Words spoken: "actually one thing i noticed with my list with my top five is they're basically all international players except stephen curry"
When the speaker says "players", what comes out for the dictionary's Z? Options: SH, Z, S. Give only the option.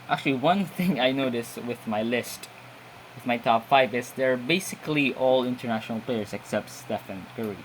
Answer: S